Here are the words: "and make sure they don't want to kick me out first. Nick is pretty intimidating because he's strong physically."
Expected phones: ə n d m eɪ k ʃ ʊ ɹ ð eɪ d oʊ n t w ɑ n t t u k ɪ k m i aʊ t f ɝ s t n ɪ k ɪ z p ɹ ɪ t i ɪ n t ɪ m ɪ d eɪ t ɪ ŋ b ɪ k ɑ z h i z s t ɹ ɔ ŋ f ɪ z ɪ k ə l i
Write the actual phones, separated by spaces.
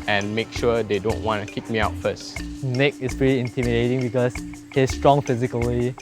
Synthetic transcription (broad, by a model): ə n m eɪ k ʃ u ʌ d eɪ d oʊ n t w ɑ n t t u k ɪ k m i aʊ t f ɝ s t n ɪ k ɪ s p ɹ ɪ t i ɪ n t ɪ m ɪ d eɪ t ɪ ŋ b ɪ k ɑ s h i s t ɹ ɔ ŋ f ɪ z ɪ k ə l i